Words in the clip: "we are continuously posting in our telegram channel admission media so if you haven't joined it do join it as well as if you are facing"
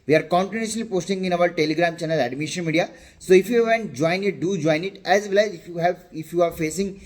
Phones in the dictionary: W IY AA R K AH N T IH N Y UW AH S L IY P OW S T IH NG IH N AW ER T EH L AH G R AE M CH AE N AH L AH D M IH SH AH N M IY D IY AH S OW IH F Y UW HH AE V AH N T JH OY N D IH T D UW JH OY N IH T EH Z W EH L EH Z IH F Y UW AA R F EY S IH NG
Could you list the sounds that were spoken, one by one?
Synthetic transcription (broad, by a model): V IY AA R K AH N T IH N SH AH L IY P OW S T IH NG IH N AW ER T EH L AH G R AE M CH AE N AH L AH D M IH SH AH N M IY D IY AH S OW IH F Y UW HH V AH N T JH OY N IH T D UW JH OY N IH T EH Z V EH L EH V IH F Y UW AA R F EY S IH NG